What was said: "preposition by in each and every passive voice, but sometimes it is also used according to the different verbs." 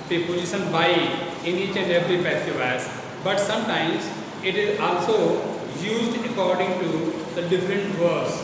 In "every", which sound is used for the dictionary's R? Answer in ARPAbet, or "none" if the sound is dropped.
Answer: R